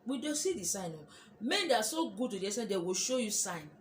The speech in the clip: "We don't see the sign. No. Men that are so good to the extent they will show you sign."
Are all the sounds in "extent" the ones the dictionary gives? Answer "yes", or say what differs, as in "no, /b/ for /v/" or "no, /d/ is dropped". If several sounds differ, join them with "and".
no, /k/ is dropped